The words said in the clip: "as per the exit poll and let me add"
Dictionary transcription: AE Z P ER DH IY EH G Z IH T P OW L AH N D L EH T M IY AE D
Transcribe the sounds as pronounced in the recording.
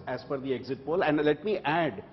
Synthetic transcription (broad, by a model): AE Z F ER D IY EH G Z IH T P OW L AH N D L EH T M IY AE D